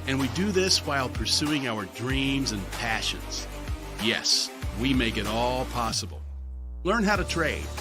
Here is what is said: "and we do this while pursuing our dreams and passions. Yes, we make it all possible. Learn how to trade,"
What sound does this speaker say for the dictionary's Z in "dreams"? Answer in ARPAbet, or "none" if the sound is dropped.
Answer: Z